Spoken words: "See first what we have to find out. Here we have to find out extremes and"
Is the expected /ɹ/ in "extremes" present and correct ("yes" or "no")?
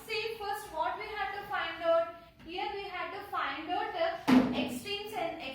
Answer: no